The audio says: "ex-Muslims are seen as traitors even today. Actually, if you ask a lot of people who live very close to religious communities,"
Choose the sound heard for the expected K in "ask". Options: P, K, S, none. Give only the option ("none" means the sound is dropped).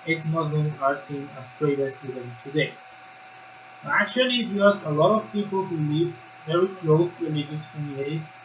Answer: none